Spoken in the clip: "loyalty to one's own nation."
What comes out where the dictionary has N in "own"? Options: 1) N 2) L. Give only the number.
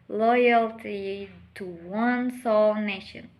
2